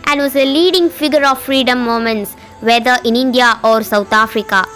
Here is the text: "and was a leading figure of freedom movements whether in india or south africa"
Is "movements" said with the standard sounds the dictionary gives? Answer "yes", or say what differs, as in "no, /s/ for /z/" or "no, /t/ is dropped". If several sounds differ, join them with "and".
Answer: no, /v/ is dropped